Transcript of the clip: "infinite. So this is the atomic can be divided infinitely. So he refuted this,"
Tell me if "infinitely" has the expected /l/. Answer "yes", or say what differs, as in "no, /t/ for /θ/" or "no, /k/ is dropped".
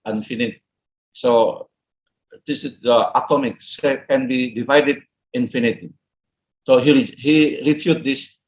no, /l/ is dropped